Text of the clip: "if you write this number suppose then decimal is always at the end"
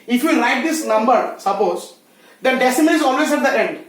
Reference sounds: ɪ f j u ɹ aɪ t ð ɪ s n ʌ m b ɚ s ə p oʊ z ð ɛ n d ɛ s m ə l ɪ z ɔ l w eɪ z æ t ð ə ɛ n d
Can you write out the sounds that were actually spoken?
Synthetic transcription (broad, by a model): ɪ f j u l aɪ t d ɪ s n ʌ m b ɚ s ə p oʊ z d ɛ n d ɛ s ə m ɪ z ɔ l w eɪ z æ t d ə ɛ n d